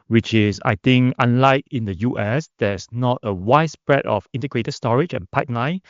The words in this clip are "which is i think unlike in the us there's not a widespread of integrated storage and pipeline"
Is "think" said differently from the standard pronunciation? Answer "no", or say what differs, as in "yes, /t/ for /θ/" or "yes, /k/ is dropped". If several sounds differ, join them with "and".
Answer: yes, /t/ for /θ/